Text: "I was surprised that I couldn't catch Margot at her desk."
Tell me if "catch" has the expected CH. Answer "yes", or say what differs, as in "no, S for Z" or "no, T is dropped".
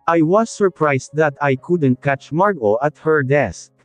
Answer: yes